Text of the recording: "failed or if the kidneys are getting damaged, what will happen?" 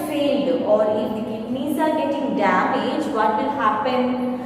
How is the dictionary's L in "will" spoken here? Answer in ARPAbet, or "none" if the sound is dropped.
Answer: N